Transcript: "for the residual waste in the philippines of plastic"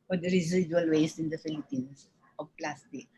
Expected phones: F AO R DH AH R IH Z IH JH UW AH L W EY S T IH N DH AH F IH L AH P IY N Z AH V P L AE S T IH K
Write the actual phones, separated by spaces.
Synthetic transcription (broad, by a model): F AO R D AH R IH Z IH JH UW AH L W EY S IH N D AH F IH L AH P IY N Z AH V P L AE S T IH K